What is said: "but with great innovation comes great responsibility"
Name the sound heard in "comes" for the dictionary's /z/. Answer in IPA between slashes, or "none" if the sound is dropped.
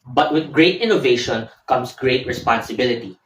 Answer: /s/